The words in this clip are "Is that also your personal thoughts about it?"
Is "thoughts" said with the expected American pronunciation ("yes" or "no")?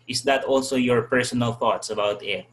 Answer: yes